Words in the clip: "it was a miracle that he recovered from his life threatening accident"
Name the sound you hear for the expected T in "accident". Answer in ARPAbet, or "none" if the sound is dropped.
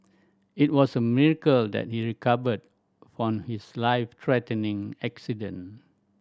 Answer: none